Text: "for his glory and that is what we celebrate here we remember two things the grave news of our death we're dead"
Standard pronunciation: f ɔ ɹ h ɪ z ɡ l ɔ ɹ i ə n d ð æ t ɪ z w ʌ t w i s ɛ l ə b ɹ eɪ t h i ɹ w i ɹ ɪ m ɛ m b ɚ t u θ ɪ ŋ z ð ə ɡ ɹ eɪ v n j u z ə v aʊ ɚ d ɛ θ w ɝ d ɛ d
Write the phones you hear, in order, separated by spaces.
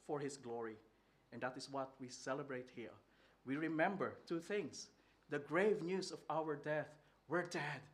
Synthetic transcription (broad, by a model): f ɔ ɹ h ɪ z ɡ l ɔ ɹ i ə n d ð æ t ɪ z w ʌ t w i s ɛ l ə b ɹ eɪ t h i ɹ w i ɹ ɪ m ɛ m b ɚ t u θ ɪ ŋ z ð ə ɡ ɹ eɪ v n j u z ə v aʊ ɚ d ɛ θ w ɝ d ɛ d